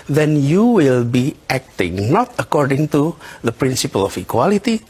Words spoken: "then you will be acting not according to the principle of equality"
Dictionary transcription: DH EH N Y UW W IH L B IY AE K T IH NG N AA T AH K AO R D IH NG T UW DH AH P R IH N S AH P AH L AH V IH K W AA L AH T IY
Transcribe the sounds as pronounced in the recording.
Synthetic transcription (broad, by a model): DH EH N Y UW W IH L B IY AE K T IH NG N AA T AH K AO R D IH NG T UW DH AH P R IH N S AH P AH L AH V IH K W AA L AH T IY